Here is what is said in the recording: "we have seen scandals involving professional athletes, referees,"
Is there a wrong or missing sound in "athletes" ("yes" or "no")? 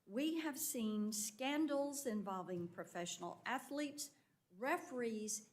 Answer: no